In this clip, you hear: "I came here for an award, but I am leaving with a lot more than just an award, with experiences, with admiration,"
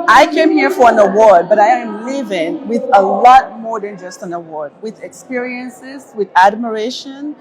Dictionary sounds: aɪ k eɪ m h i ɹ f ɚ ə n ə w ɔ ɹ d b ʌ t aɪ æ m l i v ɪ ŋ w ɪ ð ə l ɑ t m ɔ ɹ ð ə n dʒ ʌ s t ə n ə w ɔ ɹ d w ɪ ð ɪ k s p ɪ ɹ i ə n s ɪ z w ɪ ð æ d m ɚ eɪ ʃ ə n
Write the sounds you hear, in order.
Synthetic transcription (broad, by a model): aɪ k eɪ m h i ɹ f ɚ ə n ə w ɔ ɹ d b ʌ t aɪ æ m l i v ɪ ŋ w ɪ ð ə l ɑ t m ɔ ɹ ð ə n dʒ ʌ s t ə n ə w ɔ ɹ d w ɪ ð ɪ k s p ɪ ɹ i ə n s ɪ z w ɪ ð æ d m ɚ eɪ ʃ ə n